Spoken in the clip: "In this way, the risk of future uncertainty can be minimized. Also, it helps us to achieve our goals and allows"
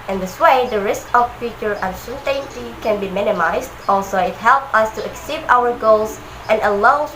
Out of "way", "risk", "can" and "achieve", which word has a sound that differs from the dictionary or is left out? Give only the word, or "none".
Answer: achieve